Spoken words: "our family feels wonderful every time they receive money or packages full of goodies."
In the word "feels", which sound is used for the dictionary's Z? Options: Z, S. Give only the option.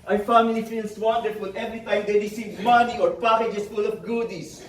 S